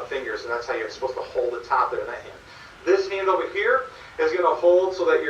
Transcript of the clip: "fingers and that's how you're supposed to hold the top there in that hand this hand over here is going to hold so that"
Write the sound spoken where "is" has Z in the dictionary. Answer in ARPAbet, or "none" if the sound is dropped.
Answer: Z